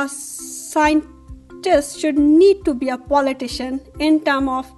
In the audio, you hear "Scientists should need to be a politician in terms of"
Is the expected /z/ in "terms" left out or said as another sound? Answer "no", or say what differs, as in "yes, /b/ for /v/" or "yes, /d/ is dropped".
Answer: yes, /z/ is dropped